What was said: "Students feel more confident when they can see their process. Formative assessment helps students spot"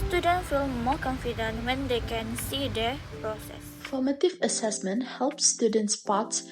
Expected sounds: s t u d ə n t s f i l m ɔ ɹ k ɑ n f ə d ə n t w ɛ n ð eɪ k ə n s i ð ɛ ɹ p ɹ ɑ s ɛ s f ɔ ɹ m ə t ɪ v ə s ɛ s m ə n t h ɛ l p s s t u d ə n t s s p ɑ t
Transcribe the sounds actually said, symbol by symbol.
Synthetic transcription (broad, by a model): s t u d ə n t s f i l m ɔ k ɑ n f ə d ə n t w ɛ n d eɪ k ə n s i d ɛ p ɹ ɑ s ɛ s f ɔ m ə t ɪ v ə s ɛ s m ə n t h ɛ l p s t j u d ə n t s s p ɑ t